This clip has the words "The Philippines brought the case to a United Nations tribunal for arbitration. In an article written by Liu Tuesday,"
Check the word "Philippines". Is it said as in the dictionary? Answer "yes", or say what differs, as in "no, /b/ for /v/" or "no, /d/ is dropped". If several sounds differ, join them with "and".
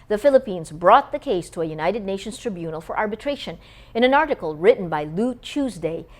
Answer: yes